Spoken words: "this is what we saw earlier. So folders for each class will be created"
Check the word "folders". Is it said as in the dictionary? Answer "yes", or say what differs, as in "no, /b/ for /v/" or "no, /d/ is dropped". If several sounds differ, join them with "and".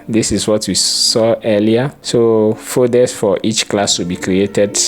no, /l/ is dropped